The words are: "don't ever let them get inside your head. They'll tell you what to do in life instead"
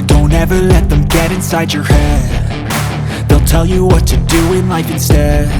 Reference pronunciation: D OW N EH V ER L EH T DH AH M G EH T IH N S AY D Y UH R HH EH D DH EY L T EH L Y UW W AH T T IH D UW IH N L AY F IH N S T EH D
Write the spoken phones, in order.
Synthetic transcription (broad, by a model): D OW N EH V ER L EH T DH AH M G EH T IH N S AY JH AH R HH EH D DH EY L T EH L Y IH W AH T T IH D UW IH N L AY F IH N S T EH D